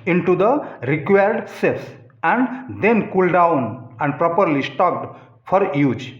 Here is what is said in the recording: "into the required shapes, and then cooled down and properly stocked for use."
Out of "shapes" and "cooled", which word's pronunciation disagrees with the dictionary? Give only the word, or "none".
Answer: shapes